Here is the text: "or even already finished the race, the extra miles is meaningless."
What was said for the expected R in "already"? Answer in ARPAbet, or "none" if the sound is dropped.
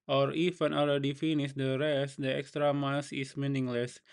L